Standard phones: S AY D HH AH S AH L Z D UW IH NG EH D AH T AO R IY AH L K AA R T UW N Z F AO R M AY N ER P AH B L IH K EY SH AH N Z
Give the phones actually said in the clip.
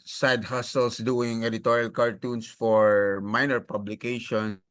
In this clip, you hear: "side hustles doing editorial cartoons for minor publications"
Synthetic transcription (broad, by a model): S AY D HH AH S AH L S D UW IH NG EH D AH T AO R IY AH L K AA R T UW N S F AO R M AY N ER P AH B L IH K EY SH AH N